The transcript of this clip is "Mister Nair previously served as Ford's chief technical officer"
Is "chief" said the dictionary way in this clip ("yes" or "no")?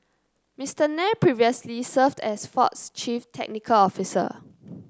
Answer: yes